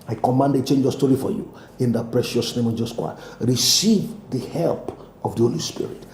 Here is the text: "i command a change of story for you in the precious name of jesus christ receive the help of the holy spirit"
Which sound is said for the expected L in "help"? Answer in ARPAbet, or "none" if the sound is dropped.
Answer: L